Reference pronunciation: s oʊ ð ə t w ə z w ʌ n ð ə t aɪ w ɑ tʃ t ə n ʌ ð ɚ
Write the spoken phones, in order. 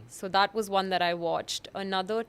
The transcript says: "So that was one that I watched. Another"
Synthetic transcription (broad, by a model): s oʊ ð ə t w ə z w ʌ n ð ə t aɪ w ɑ tʃ t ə n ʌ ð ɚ